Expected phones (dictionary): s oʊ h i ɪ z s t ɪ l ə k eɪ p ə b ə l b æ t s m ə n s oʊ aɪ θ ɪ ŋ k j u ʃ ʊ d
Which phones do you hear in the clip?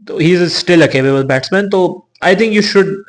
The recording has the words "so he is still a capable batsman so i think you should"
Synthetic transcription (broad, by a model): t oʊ h i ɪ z s t ɪ l ə k eɪ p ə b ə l b æ t s m ə n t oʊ aɪ t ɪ ŋ k j u ʃ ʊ d